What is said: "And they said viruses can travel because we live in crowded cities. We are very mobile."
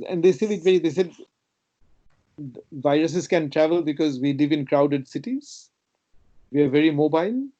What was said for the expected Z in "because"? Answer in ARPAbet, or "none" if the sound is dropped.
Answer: Z